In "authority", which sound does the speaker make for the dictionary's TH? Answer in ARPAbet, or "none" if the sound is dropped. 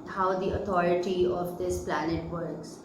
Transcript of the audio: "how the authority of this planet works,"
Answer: T